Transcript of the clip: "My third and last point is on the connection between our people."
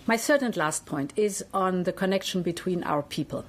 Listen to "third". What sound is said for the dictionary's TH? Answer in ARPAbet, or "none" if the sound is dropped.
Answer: S